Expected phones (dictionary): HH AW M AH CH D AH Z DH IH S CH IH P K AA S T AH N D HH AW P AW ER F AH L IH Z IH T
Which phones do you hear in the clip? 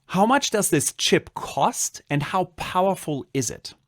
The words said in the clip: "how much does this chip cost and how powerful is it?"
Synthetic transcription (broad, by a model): HH AW M AH CH D AH Z DH IH S CH IH P K AA S T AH N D HH AW P AW ER F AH L IH Z IH T